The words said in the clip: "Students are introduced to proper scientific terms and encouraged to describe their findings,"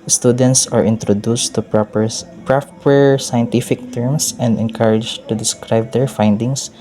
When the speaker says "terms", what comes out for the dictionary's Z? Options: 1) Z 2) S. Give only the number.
2